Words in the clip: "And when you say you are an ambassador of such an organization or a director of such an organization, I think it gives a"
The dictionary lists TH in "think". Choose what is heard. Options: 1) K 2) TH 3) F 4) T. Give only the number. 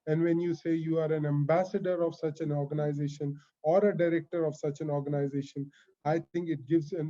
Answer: 4